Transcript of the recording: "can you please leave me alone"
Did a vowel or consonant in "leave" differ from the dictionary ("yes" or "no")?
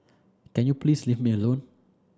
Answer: yes